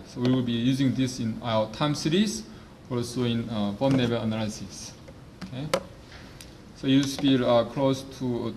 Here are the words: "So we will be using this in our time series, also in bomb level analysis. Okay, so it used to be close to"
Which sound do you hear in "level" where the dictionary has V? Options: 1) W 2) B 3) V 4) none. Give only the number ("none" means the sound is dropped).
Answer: 2